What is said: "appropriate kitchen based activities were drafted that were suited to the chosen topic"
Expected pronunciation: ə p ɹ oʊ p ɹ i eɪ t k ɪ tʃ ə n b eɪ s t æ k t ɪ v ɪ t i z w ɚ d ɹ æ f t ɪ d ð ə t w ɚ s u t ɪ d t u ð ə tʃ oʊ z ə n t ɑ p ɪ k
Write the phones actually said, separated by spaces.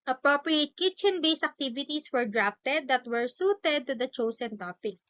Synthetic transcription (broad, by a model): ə p ɹ oʊ p ɹ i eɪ t k ɪ tʃ ə n b eɪ s æ k t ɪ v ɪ t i s w ɚ d ɹ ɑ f t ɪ d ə t w ɚ s u t ɪ d t u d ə tʃ oʊ s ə n t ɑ p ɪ k